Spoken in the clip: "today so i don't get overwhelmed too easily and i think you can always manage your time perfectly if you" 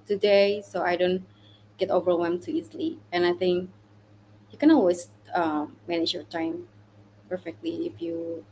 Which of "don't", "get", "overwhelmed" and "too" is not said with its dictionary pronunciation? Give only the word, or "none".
overwhelmed